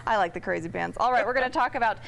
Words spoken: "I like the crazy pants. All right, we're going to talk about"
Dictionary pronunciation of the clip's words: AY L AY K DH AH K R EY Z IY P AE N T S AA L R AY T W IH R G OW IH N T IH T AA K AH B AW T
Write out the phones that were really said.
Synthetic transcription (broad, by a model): AY L AY K DH AH K R EY Z IY B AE N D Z AA L R AY T W IH R G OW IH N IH T AA K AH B AW T